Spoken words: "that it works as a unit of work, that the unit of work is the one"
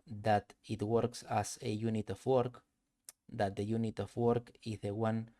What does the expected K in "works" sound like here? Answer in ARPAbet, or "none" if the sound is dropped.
K